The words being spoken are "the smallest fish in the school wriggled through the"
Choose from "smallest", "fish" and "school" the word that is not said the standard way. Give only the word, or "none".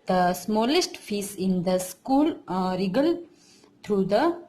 fish